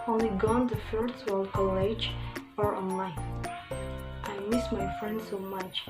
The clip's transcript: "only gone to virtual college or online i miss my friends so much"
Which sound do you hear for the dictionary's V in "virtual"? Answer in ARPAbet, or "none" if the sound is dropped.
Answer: F